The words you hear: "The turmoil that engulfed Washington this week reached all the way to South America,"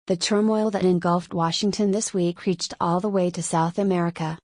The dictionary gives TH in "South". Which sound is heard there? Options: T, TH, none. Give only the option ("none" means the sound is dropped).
TH